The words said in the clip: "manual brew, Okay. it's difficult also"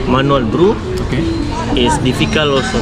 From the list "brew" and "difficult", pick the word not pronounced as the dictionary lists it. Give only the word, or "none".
difficult